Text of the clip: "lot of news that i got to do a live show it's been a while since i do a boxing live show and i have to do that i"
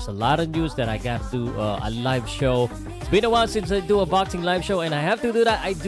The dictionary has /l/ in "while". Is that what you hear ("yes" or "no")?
no